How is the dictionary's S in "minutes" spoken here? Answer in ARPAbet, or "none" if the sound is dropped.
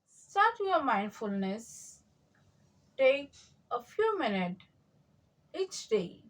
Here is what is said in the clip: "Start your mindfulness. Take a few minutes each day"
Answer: none